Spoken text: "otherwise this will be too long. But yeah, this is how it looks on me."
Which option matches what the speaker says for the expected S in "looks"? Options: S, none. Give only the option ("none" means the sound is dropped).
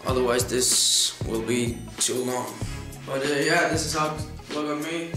none